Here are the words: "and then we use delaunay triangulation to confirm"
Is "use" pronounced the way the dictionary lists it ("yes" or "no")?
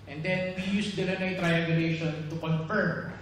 yes